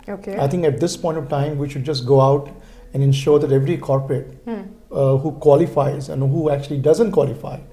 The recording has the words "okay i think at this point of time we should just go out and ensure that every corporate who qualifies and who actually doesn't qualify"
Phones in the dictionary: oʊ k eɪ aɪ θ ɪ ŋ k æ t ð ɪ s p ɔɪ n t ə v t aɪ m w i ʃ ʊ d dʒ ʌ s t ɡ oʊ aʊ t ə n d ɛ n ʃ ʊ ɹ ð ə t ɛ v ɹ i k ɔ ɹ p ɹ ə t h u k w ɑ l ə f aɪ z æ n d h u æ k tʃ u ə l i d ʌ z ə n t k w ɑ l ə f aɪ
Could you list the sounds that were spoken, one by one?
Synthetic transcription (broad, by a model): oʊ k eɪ aɪ t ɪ ŋ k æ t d ɪ s p ɔɪ n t ə v t aɪ m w i ʃ ʊ d dʒ ʌ s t ɡ oʊ aʊ t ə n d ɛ n ʃ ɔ ɹ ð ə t ɛ v ɹ i k ɔ ɹ p ɹ ə t h u k w ɑ l ə f aɪ z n h u æ k tʃ u ə l i d ʌ z ə n t k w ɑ l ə f aɪ